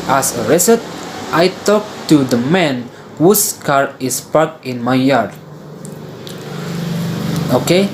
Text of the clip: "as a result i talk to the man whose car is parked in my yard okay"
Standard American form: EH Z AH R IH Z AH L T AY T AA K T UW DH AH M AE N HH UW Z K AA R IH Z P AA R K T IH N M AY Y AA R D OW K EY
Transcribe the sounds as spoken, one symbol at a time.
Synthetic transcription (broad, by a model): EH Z AH R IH S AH T AY T AA K T UW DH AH M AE N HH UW S K AA R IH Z P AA R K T IH N M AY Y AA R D OW K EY